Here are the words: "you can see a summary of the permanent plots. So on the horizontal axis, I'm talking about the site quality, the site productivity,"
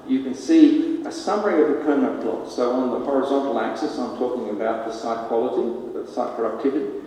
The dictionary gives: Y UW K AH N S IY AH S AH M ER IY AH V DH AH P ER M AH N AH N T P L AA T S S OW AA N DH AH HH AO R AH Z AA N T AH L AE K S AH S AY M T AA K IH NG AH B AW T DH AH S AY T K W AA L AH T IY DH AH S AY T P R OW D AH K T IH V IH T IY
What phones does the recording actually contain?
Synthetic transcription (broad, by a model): Y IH K AH N S IY AH S AH M ER IY AH V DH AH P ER AH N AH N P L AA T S S OW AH N DH AH HH AO R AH Z AA N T L AE K S AH S AY M T AA K IH NG AH B AW T DH AH S AY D K W AA L AH T IY DH AH S AY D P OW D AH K T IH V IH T IY